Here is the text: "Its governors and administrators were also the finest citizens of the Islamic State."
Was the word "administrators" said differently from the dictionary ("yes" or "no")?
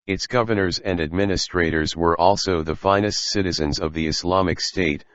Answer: no